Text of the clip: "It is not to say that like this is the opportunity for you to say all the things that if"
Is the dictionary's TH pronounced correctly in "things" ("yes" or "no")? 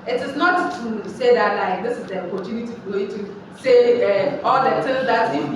no